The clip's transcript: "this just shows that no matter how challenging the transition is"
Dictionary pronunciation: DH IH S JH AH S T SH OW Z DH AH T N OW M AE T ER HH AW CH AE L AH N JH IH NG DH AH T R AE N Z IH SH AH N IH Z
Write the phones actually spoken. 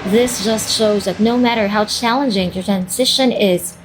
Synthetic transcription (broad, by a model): DH IH S JH AH S T SH OW Z DH AH T N OW M AE T ER HH AW CH AE L AH N JH IH NG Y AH T R AE N Z IH SH AH N IH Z